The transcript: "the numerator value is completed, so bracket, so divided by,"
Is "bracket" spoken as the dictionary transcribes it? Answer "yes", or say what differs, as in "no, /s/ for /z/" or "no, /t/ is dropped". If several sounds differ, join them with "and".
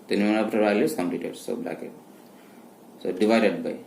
no, /l/ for /ɹ/